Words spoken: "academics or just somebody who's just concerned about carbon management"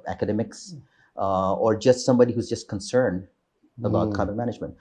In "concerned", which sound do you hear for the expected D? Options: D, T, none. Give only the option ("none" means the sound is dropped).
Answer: D